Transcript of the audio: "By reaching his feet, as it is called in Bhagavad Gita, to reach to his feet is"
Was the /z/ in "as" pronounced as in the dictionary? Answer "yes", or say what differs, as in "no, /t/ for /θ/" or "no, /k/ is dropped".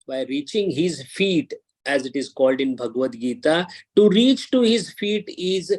yes